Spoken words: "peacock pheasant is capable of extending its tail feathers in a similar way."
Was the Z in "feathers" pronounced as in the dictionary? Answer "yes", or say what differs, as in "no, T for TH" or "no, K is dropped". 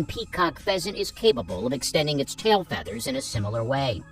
yes